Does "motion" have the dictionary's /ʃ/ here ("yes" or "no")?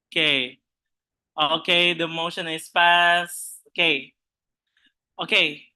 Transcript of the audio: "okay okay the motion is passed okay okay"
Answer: yes